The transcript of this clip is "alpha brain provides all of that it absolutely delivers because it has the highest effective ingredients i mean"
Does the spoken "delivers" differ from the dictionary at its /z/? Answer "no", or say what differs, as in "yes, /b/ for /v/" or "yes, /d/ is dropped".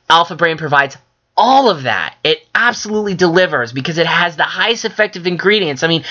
no